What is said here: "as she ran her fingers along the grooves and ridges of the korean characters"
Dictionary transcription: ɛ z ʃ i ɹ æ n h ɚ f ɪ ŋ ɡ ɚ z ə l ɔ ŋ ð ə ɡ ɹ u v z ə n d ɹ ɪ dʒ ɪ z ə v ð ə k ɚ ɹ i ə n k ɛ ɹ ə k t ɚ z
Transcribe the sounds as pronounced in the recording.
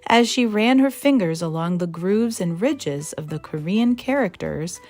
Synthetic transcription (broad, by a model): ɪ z ʃ i ɹ æ n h ɚ f ɪ ŋ ɡ ɚ z ə l ɔ ŋ ð ə ɡ ɹ u v z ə n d ɹ ɪ dʒ ɪ z ə v ð ə k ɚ ɹ i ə n k ɛ ɹ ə k t ɚ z